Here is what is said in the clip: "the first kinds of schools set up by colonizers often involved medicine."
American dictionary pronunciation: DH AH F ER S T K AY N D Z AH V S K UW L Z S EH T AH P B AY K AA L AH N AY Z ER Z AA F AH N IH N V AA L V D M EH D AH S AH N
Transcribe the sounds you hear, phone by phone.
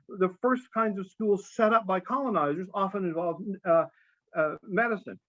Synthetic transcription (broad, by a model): DH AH F ER S K AY N D Z AH V S K UW L Z S EH T AH P B AY K AA L AH N AY Z ER Z AA F AH N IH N V AA L V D M EH D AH S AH N